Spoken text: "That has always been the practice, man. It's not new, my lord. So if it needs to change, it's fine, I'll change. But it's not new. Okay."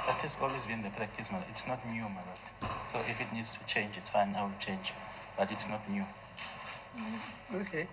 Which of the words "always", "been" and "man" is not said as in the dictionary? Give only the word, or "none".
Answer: man